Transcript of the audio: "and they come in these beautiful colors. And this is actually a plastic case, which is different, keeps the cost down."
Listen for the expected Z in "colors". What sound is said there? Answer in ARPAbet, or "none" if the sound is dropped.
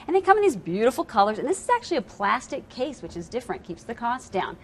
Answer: Z